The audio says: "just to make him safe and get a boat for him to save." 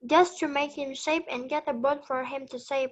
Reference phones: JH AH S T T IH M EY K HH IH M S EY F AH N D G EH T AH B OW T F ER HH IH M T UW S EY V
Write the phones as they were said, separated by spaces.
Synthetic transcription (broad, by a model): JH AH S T T IH M EY K HH IH M SH EY P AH N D G EH T AH B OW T F ER HH IH M T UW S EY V